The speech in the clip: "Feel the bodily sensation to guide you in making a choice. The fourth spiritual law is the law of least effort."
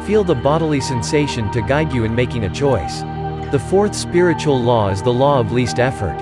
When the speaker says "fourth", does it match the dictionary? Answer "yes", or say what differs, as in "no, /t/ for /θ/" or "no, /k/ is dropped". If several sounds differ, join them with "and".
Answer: yes